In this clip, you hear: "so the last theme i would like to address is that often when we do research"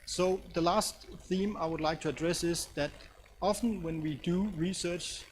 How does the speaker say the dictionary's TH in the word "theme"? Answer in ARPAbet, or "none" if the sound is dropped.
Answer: TH